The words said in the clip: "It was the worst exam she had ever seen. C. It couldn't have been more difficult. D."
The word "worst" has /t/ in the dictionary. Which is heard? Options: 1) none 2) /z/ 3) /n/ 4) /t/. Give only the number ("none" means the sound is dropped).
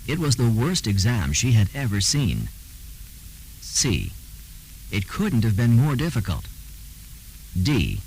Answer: 4